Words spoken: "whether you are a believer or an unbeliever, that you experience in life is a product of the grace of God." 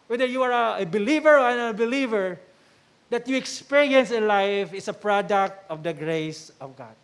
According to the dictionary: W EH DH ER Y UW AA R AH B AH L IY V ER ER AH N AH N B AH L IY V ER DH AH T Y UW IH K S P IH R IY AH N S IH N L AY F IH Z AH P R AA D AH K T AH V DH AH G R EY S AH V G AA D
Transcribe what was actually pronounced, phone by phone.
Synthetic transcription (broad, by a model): W EH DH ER Y UW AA R AH B AH L IY V ER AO AH N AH B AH L IY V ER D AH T Y UW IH K S P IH R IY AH N S IH N L AY F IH S AH P R AA D AH K T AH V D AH G R EY S AH V G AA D